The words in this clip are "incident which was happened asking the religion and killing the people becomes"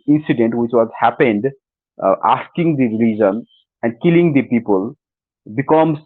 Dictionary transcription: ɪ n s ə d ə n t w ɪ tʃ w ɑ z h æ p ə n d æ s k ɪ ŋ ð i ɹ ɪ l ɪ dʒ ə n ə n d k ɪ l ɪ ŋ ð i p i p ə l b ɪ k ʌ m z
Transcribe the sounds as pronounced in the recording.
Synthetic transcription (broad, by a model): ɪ n s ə d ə n t w ɪ tʃ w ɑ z h æ p ə n d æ s k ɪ ŋ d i ɹ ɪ l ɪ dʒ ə n ə n d k ɪ l ɪ ŋ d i p i p ə l b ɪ k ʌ m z